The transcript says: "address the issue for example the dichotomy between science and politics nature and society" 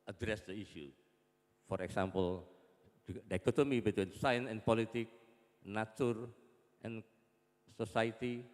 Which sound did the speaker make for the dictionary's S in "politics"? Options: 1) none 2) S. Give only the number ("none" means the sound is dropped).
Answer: 1